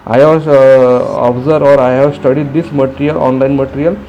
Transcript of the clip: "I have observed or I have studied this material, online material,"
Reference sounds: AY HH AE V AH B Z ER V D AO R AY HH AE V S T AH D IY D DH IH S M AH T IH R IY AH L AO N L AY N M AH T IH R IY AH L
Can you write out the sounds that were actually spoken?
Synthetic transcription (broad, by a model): AY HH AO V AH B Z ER D AO R AY HH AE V S T AH D IY D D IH S M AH T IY R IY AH L AO N L AY N M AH T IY R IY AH L